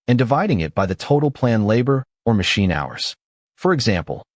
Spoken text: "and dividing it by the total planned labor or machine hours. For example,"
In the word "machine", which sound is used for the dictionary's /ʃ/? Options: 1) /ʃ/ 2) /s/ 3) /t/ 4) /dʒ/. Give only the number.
1